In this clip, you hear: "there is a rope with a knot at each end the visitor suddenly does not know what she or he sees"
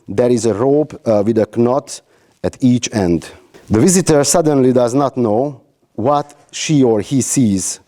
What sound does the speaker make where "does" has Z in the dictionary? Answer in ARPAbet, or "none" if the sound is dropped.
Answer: Z